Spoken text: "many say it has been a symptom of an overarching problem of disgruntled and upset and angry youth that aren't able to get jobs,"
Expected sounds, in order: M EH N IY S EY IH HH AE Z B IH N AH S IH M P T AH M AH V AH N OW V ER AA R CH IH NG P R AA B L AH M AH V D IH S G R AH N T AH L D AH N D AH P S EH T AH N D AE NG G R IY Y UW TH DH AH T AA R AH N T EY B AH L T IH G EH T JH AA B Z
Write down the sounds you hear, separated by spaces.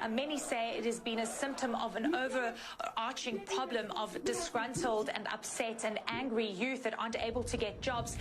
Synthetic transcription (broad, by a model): M EH N IY S EY IH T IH Z B IH N AH S IH M P T AH M AH V AH N OW V ER AA R CH IH NG P R AA B L AH M AH V D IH S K R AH N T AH L D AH N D AH P S EH T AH N AE NG G R IY Y UW TH DH AH T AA AH N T EY B AH L T IH G EH T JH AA B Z